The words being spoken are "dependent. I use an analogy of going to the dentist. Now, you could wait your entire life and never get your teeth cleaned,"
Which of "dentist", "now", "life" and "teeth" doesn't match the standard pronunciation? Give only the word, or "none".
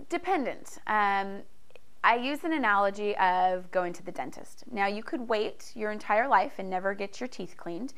none